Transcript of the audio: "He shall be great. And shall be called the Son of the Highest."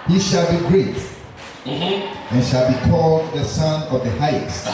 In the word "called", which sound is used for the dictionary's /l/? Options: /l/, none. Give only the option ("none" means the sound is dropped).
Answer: /l/